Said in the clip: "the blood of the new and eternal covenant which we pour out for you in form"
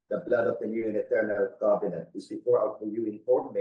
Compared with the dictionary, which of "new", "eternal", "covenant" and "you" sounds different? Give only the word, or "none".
covenant